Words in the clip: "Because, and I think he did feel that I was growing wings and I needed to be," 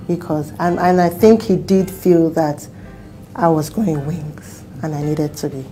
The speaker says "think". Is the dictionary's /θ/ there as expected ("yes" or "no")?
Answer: yes